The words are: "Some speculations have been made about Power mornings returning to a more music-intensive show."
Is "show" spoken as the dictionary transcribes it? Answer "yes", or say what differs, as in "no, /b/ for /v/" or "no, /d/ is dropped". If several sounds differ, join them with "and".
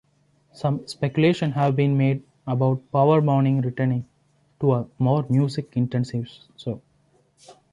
no, /s/ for /ʃ/